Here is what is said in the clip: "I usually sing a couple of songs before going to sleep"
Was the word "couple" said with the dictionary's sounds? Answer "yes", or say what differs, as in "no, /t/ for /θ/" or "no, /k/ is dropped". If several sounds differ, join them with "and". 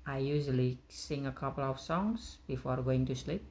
yes